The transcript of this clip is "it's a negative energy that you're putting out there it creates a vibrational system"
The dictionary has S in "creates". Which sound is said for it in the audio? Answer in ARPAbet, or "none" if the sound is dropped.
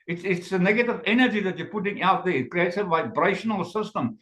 none